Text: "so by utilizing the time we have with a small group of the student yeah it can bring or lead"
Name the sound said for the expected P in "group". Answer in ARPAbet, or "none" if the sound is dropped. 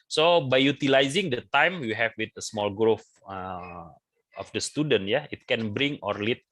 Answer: F